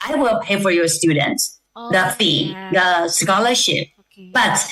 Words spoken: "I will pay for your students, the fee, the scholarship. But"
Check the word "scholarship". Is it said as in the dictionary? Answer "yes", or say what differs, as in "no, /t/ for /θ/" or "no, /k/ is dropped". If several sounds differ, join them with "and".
yes